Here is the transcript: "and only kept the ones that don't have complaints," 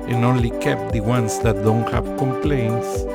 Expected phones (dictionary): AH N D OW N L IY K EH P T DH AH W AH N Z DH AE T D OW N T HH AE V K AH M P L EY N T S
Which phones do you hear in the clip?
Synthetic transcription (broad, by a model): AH N OW N L IY K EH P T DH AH W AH N S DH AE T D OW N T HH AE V K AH M P L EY N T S